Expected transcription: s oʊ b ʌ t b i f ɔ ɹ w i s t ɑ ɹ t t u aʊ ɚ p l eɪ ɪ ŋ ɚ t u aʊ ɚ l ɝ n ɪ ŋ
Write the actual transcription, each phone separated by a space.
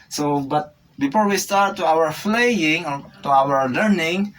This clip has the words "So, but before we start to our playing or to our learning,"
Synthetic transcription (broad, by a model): s oʊ b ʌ t b i f ɔ ɹ w i s t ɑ ɹ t t u aʊ ɚ f l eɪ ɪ ŋ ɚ t u aʊ ɚ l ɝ n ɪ ŋ